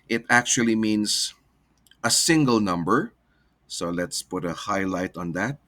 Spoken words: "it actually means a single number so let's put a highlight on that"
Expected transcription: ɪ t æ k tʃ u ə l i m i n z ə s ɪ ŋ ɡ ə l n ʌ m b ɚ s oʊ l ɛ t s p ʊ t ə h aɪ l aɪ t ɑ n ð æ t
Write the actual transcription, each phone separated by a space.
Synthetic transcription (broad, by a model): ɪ t æ k tʃ u ə l i m i n s ə s ɪ ŋ ɡ ə l n ʌ m b ɚ s oʊ l ɛ t s p ʊ t ə h aɪ l aɪ t ɑ n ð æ t